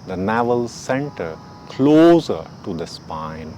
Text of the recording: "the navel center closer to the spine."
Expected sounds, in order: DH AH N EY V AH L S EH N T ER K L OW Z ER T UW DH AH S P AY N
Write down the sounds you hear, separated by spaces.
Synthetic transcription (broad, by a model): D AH N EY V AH L S EH N T ER K L OW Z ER T UW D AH S P AY N